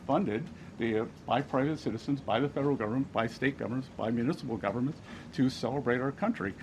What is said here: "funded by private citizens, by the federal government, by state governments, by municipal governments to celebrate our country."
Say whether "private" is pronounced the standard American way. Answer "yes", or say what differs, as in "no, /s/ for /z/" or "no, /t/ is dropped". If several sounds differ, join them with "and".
yes